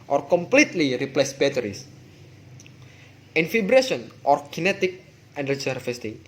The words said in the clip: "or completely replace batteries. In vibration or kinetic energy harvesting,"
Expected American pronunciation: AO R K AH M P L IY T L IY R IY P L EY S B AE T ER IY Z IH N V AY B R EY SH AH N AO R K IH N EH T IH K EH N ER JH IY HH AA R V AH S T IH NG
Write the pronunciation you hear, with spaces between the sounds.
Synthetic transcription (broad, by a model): AO R K AH M P L IY T L IY R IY P L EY S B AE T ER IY S IH N F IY B R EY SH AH N AO R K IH N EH T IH K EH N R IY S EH R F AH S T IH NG